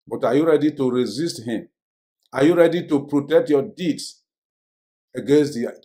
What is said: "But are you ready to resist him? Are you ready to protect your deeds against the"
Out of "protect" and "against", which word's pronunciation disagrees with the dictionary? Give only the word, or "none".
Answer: none